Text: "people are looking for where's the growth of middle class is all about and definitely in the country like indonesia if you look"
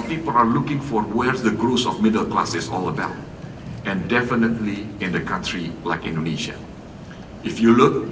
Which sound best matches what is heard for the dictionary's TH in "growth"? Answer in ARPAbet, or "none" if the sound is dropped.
S